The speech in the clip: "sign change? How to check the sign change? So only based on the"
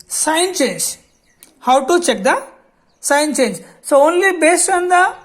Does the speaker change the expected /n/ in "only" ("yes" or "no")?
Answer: no